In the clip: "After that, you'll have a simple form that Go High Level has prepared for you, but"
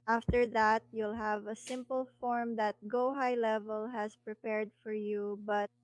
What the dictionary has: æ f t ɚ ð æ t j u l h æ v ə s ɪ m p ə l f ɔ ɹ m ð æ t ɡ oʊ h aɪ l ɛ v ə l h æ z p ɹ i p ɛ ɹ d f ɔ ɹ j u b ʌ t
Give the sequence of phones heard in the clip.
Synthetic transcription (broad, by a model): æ f t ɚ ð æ t j u l h æ v ə s ɪ m p ə l f ɔ ɹ m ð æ t ɡ oʊ h aɪ l ɛ v ə l h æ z p ɹ i p ɛ ɹ d f ɔ ɹ j u b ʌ t